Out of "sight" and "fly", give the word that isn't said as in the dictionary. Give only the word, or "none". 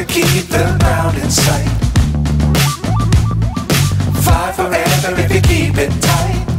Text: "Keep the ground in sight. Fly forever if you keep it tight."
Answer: fly